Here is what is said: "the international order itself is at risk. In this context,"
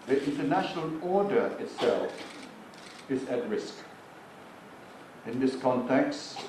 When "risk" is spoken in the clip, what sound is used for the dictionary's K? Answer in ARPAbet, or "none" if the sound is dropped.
K